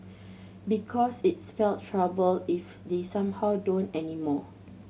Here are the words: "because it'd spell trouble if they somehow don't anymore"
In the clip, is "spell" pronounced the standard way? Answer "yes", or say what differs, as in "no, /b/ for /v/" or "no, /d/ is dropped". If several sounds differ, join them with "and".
no, /f/ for /p/